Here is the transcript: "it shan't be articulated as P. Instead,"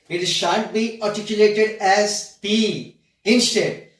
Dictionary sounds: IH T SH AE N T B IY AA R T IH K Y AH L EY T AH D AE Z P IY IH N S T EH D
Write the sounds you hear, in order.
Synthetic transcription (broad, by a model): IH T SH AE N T B IY AA R T IH K Y AH L EY T AH D AE Z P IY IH N S T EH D